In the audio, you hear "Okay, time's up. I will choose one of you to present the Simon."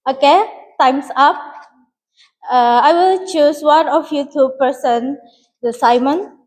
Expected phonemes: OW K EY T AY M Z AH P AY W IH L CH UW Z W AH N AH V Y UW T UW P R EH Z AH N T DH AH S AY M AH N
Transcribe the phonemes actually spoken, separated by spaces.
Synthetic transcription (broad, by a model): OW K EY T AY M S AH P AY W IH L CH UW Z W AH N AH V Y UW T UW P EH S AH N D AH S AY M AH N